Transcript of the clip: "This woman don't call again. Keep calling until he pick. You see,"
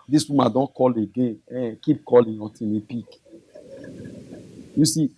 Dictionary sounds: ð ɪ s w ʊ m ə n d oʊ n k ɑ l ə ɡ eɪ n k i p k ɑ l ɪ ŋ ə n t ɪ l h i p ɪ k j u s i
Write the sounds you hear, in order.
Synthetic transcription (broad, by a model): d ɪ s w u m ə d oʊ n k ɑ l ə ɡ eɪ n k i p k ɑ l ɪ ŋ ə t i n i p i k j u s i